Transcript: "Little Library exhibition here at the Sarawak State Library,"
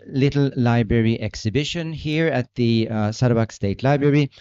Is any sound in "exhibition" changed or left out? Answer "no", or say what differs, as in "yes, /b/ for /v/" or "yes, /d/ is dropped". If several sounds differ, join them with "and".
no